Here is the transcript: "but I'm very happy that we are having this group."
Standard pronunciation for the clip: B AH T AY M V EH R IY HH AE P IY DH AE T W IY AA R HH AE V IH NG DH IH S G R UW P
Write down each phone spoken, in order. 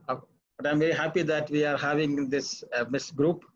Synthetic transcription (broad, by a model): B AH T AY M V EH R IY HH AE P IY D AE T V IY AA R HH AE V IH NG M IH S G R UW P